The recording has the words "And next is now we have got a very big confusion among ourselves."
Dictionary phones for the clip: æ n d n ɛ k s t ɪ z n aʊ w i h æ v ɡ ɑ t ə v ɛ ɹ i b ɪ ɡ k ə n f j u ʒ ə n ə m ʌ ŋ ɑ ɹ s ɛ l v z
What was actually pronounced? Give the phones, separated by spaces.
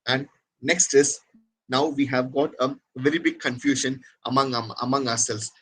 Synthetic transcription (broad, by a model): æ n d n ɛ k s t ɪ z n aʊ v i h æ v ɡ ɑ t ə v ɛ ɹ i b ɪ ɡ k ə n f j u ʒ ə n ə m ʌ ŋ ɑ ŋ s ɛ l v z